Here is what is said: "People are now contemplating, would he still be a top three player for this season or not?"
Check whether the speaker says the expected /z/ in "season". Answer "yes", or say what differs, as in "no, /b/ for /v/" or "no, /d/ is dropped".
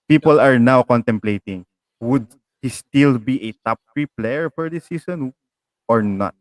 no, /s/ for /z/